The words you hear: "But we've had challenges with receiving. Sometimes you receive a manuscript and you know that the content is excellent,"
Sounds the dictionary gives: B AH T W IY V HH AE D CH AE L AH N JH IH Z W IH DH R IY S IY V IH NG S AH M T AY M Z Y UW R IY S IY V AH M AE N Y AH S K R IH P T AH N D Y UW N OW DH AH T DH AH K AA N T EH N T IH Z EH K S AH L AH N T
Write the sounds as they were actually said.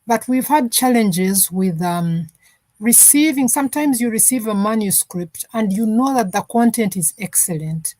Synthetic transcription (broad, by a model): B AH T W IY V HH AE D CH AE L AH N JH IH Z W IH DH R IY S IY V IH NG S AH M T AY M Z Y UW R IY S IY V AH M AE N Y AH S K R IH P T AH N D Y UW N OW DH AH T DH AH K AA N T EH N T IH Z EH K S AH L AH N T